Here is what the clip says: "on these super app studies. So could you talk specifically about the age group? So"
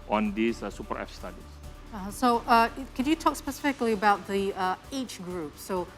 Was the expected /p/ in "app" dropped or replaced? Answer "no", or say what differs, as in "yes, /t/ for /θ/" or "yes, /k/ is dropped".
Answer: yes, /f/ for /p/